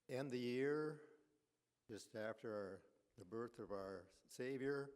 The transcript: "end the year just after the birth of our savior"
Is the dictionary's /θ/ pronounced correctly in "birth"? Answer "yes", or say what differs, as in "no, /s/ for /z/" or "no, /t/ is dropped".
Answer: yes